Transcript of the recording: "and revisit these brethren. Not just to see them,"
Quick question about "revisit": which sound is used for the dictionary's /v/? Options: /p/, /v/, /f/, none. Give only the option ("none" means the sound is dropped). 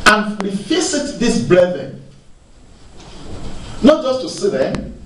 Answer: /f/